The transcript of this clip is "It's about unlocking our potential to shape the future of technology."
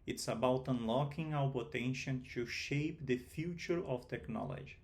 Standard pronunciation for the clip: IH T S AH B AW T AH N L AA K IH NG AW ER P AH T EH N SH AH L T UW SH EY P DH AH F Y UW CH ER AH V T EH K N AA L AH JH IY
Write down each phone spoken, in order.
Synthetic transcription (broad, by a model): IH T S AH B AW T AH N L AA K IH NG AW ER P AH T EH N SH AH N T UW SH EY P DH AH F Y UW CH ER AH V T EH K N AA L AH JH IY